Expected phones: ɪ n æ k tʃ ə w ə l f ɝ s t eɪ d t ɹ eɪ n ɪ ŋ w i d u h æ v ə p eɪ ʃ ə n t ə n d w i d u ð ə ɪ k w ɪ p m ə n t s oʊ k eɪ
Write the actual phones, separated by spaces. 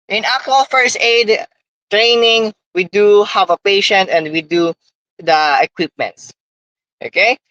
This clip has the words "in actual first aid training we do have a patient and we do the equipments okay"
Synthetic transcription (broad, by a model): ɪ n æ k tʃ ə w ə l f ɝ s t eɪ d t ɹ eɪ n ɪ ŋ w i d u h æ v ə p eɪ ʃ ə n t ə n d w i d u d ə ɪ k w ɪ p m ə n t s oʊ k eɪ